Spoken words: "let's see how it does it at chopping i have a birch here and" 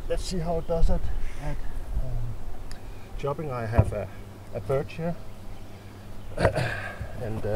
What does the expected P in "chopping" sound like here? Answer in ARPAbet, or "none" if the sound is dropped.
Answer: B